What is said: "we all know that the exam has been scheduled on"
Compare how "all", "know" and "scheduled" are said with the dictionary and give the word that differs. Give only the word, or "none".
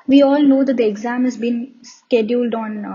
none